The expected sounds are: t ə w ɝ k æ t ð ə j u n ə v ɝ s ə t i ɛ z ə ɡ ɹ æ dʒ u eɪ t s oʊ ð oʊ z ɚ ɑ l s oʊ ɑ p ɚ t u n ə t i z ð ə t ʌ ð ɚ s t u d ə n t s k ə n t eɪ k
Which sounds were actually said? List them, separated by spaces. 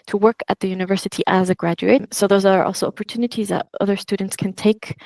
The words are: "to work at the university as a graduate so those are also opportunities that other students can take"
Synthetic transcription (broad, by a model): t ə w ɝ k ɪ t ð ə j u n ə v ɝ s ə t i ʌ z ə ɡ ɹ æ dʒ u eɪ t s oʊ ð oʊ z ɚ ɑ l s oʊ ɑ p ɚ t u n ə t i z ð ə t ʌ ð ɚ s t u d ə n t s k ə n t eɪ k